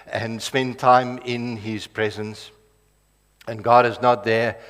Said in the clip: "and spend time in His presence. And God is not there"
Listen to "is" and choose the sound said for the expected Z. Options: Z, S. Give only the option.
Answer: Z